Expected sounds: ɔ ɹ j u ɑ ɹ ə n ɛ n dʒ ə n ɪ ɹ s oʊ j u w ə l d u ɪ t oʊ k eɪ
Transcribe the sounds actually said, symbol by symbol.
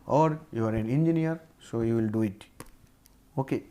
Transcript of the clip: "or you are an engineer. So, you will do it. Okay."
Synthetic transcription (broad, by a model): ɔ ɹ j u ɑ ɹ ə n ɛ n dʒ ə n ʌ ɹ s oʊ j u w ə l d u ɪ t oʊ k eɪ